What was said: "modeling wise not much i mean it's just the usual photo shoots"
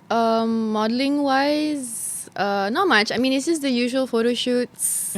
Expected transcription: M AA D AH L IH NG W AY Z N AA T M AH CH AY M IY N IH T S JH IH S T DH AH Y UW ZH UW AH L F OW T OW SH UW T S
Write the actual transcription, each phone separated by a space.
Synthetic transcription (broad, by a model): M AA D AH L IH NG W AY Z N AA T M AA CH AY M IY N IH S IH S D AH Y UW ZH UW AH L F OW T OW SH UW T S